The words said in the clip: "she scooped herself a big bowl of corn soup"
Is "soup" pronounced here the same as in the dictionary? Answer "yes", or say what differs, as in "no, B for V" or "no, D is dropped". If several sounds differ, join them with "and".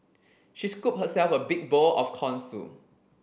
no, P is dropped